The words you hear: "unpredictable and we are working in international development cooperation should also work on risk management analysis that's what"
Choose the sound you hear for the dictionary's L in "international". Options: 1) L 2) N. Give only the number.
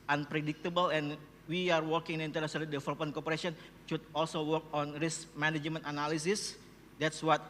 2